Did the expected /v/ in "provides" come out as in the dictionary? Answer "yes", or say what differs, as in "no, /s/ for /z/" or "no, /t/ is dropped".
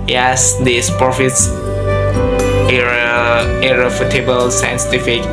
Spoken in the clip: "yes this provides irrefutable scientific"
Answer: no, /f/ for /v/